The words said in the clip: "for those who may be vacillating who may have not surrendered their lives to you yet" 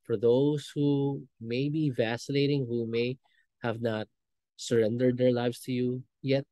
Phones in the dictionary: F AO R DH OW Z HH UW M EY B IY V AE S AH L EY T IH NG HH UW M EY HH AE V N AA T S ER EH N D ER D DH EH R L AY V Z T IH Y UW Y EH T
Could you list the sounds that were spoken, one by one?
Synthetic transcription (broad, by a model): F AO R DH OW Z HH UW M EY B IY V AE S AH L EY T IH NG HH UW M EY HH AE V N AA T S ER EH N D ER D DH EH R L AY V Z T IH Y UW Y EH T